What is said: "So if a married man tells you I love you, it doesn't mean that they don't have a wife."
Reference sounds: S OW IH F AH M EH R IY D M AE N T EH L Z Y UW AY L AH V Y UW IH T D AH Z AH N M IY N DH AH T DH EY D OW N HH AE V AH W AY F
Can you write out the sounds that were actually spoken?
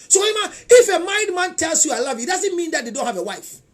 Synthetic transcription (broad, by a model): S OW IH F AH M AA IY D M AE N T EH L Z Y UW AY L AH V IH T D AH Z AH N M IY N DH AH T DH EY D OW N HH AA V AH W AY F